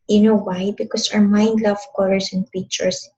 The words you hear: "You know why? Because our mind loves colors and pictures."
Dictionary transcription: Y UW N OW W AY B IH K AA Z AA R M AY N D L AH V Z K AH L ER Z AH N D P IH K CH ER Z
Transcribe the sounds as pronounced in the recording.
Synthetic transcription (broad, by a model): Y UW N OW W AY B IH K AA S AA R M AY N D L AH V K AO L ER S AH N D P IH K CH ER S